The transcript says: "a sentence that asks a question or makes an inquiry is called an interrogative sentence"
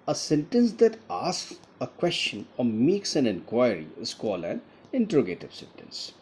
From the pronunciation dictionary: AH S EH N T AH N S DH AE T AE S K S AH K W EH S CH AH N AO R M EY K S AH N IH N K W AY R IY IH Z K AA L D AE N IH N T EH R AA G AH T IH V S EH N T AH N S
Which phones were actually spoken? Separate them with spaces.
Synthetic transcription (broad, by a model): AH S EH N T AH N S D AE T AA S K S AH K W EH S CH AH N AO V M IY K S AH N IH N K W AY R IY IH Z K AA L AE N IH N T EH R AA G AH T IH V S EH N T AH N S